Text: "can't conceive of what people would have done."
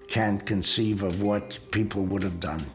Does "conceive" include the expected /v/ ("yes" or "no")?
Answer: yes